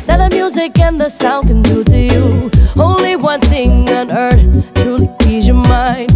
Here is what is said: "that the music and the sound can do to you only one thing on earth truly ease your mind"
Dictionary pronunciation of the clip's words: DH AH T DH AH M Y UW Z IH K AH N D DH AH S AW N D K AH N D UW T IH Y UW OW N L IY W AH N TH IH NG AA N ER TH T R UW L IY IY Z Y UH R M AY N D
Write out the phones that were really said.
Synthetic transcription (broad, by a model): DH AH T DH AH M Y UW Z IH K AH N DH AH S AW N K AH N D UW T IH Y UW OW N L IY W AH N TH IH NG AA N ER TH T UW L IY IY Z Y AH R M AY N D